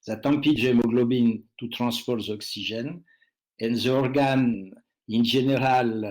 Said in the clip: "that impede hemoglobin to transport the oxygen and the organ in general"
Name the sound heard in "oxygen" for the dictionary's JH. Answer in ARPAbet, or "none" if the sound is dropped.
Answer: ZH